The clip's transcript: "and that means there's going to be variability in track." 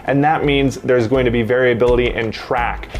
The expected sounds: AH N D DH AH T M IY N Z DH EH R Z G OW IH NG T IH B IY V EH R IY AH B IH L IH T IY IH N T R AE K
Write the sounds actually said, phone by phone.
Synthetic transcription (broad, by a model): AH N DH AH T M IY N Z DH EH R Z G OW IH NG T IH B IY V EH R IY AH B IH L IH T IY IH N T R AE K